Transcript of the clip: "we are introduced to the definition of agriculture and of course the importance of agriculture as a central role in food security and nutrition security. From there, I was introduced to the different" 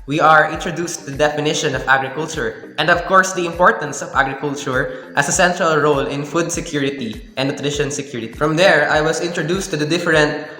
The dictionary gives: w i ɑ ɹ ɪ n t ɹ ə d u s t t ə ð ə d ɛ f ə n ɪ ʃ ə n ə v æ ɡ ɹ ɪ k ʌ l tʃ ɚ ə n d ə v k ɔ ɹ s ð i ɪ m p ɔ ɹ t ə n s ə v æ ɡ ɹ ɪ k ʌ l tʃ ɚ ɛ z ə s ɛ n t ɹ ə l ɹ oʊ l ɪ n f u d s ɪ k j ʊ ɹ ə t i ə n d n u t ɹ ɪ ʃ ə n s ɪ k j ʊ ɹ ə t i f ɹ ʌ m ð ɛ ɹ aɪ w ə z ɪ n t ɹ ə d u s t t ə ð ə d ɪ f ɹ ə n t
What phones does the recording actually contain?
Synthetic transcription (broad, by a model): w i ɑ ɹ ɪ n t ɹ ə d u s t t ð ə d ɛ f ə n ɪ ʃ ə n ə v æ ɡ ɹ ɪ k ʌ l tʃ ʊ ə n d ə v k ɔ ɹ s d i ɪ m p ɔ ɹ t ə n s ə v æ ɡ ɹ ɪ k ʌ l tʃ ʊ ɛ s ə s ɛ n t ɹ ə l ɹ oʊ l ɪ n f u d s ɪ k j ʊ ɹ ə t i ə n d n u t ɹ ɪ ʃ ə n s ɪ k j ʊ ɹ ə t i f ɹ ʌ m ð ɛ ɹ aɪ w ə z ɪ n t ɹ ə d u s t t ə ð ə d ɪ f ɹ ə n t